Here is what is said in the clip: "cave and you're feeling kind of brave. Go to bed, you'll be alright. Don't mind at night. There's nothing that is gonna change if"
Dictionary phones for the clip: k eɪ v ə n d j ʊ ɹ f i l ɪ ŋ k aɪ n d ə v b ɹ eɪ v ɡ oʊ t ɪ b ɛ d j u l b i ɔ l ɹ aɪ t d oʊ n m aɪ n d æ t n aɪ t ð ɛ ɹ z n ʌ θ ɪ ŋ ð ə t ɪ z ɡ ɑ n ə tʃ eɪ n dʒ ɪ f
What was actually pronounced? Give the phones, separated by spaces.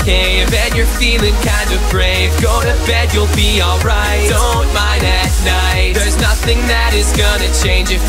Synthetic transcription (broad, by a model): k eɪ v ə n j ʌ ɹ f i l ɪ ŋ k aɪ n d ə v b ɹ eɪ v ɡ oʊ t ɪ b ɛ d j u l b i ɔ l ɹ aɪ t d oʊ n m aɪ n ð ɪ t n aɪ t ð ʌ ɹ z n ʌ θ ɪ ŋ ð ə t ɪ z ɡ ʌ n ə tʃ eɪ n dʒ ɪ